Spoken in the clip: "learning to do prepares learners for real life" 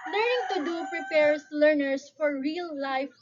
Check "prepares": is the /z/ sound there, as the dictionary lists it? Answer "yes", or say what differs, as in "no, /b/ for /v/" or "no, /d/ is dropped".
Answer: no, /s/ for /z/